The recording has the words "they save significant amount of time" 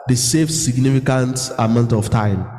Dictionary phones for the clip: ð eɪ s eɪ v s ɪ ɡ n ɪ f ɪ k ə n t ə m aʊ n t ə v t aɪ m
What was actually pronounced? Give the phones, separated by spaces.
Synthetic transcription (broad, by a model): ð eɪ s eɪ f s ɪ ɡ n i f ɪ k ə n t ə m aʊ n t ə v t aɪ m